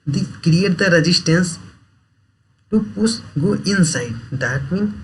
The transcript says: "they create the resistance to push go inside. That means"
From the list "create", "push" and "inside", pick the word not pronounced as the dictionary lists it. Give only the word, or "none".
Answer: push